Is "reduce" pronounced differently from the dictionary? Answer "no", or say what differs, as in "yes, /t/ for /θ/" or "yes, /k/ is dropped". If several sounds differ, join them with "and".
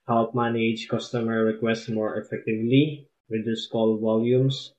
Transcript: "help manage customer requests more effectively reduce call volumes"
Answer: yes, /w/ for /ɹ/